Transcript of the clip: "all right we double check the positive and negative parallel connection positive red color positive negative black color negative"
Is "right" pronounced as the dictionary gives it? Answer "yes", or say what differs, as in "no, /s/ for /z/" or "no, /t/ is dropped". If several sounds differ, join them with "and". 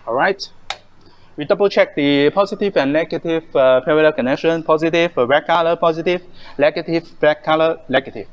yes